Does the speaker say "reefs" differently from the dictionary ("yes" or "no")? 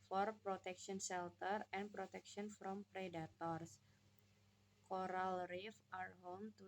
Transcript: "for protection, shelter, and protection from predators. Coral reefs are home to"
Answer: yes